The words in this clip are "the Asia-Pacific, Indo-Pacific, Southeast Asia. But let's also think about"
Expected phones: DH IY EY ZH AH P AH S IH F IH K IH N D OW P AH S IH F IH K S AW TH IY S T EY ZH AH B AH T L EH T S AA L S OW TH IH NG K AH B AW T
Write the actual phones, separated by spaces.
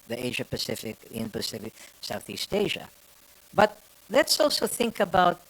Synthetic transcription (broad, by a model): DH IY EY ZH AH P AH S IH F IH K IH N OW P AH S IH F IH K S AW TH IY S T EY ZH AH B AH T L EH T S AA L S OW TH IH NG K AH B AW T